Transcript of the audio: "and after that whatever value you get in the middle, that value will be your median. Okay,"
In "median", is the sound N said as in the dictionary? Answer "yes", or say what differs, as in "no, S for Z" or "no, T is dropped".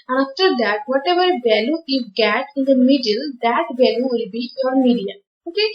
no, N is dropped